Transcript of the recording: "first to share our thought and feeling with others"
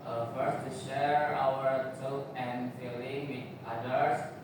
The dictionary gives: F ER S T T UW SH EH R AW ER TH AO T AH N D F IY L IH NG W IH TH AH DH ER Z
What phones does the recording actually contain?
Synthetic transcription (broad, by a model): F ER S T T UW SH EH R AW ER T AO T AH N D F IY L IH NG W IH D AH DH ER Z